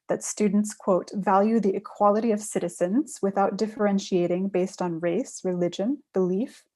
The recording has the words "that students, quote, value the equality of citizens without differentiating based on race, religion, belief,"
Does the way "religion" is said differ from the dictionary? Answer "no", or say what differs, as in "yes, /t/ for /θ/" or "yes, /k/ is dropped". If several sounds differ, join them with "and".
no